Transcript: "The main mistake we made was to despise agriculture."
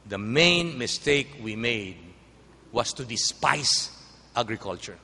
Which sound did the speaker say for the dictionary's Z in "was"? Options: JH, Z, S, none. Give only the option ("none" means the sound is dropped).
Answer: S